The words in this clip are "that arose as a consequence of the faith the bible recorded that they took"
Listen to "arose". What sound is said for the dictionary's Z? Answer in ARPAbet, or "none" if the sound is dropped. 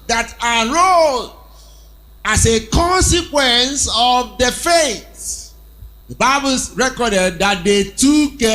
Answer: none